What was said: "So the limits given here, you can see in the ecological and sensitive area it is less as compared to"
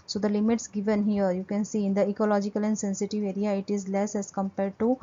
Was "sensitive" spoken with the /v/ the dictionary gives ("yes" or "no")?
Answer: yes